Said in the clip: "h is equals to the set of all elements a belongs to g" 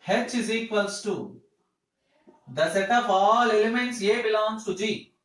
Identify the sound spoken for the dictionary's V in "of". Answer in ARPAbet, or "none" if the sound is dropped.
P